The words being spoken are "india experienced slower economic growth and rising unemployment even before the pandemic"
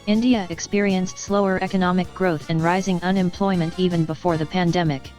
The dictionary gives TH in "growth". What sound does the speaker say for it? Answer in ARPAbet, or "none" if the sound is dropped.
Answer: TH